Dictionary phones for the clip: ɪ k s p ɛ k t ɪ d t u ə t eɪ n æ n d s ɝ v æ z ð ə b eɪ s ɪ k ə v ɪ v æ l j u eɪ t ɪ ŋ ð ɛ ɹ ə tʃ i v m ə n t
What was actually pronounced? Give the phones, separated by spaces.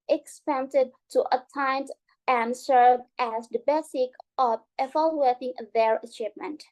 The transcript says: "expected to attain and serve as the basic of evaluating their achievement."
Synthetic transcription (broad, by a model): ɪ k s p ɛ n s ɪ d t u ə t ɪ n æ n d s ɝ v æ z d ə b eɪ s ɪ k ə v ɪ f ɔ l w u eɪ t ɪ ŋ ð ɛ ɹ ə tʃ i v m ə n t